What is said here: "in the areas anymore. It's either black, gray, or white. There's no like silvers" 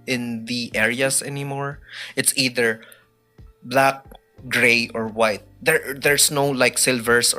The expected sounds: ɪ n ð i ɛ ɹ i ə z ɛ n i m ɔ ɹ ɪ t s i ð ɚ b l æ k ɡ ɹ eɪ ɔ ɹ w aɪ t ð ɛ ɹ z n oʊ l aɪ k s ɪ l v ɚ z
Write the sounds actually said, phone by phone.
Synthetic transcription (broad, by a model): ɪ n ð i ɛ ɹ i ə s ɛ n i m ɔ ɹ ɪ t s i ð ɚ b l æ k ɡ ɹ eɪ ɔ ɹ w aɪ t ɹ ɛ ɹ s n oʊ l aɪ k s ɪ l v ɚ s